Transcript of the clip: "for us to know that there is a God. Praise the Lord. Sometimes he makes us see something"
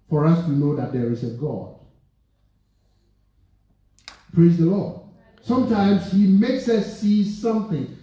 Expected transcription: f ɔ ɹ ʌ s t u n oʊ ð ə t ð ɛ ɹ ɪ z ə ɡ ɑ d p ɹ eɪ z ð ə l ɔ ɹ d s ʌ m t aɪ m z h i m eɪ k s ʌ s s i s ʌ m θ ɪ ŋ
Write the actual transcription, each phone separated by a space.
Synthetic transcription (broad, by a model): f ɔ ɹ ʌ s t u n oʊ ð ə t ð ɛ ɹ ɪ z ə ɡ ɑ d p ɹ eɪ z ð ə l ɔ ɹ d s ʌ m t aɪ m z h i m eɪ k s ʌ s s i s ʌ m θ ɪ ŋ